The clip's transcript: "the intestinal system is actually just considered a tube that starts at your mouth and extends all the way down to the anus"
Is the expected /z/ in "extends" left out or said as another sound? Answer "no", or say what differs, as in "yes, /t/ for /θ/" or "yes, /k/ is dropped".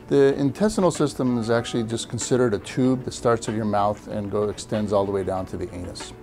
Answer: no